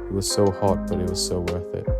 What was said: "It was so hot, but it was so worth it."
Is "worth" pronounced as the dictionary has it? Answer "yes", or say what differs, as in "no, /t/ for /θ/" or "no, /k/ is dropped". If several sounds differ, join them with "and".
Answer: yes